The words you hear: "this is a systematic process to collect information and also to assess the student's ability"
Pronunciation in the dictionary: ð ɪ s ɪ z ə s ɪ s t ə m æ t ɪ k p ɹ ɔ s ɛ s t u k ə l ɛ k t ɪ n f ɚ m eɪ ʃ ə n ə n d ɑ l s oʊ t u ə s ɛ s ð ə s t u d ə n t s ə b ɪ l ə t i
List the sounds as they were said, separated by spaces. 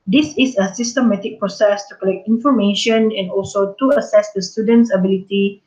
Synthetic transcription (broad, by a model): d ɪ s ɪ s ə s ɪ s t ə m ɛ t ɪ k p ɹ ɔ s ɛ s t u k ə l ɛ k t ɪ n f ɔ m eɪ ʃ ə n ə n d ɑ l s oʊ t u ə s ɛ s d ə s t u d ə n t s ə b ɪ l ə t i